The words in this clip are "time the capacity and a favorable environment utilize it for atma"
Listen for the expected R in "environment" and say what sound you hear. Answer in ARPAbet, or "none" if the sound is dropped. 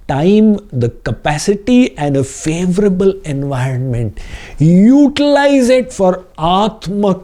R